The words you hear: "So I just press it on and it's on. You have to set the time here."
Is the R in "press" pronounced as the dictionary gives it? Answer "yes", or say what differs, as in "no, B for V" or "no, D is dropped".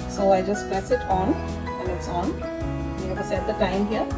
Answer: no, R is dropped